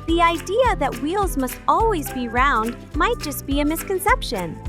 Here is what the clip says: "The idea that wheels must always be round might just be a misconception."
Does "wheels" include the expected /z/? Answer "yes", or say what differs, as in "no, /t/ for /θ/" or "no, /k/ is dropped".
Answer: yes